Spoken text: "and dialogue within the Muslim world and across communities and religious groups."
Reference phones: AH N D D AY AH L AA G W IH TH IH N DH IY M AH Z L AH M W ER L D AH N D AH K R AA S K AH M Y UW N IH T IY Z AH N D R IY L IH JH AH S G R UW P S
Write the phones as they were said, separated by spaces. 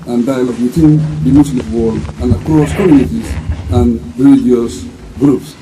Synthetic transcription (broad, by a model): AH N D D AY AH L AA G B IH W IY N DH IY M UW S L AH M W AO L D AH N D AH K R AA S K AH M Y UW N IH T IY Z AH N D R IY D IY AH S G R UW P S